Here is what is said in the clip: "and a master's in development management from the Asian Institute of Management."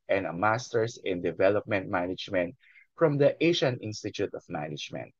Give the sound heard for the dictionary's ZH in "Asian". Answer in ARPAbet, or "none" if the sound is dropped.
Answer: SH